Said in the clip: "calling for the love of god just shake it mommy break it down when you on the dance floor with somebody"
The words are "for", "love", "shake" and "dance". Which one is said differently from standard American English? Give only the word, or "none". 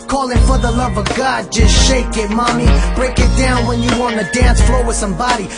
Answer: none